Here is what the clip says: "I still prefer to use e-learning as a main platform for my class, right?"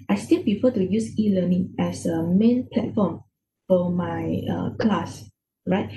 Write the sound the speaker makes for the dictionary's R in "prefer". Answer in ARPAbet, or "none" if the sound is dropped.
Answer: none